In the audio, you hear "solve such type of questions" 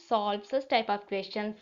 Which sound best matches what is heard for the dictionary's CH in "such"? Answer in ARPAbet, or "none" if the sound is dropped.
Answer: S